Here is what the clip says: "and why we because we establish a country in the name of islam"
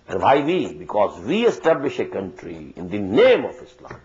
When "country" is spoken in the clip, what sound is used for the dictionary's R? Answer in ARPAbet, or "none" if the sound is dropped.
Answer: R